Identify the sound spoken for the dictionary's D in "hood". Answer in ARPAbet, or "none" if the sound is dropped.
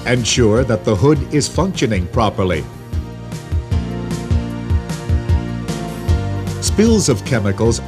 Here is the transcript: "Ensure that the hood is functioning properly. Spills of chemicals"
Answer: D